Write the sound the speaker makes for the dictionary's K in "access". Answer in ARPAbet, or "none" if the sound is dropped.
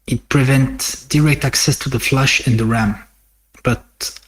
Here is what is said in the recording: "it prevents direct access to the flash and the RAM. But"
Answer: K